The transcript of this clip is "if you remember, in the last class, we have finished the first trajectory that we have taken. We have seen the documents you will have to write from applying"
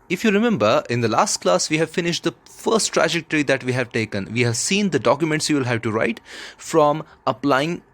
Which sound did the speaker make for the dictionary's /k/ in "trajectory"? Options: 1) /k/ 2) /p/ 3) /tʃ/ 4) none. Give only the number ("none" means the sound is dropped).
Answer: 1